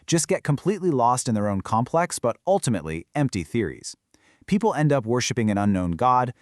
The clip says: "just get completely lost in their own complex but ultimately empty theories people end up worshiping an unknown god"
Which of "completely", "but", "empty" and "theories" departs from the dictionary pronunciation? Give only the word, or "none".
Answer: none